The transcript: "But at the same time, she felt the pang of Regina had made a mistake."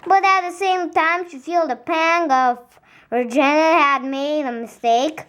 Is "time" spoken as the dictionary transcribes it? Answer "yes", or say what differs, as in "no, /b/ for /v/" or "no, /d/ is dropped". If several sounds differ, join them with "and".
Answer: yes